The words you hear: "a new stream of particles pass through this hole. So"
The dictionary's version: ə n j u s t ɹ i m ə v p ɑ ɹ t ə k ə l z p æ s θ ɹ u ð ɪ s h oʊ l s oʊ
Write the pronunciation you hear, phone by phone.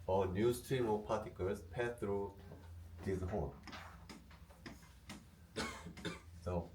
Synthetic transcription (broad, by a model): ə n j u s t ɹ i m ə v p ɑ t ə k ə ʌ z p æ θ ɹ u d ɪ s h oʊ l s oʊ